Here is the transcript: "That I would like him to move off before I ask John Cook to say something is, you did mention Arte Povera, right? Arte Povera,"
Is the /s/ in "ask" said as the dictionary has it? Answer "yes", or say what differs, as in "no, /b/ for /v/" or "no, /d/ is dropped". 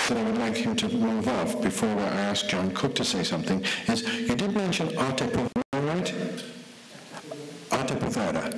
yes